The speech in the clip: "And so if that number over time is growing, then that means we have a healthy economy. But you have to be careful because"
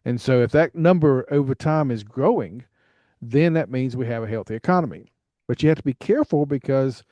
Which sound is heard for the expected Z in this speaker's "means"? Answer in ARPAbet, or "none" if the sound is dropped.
Z